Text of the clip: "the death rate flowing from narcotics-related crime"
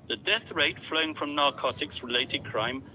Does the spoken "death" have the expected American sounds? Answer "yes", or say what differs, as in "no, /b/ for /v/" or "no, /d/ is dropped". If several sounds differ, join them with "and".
yes